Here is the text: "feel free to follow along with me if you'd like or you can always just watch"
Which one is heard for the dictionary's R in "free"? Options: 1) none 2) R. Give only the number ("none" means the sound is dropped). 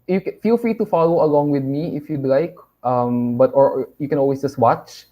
2